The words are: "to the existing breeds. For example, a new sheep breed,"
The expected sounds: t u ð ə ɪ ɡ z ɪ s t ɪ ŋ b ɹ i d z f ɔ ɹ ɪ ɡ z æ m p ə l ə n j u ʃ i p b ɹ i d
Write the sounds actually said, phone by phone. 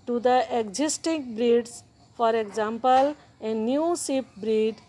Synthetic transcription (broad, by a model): t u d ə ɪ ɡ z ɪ s t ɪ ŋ b ɹ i d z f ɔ ɹ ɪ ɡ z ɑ m p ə l ə n j u s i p b ɹ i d